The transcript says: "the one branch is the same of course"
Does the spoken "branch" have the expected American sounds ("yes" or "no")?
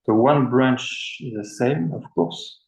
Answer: yes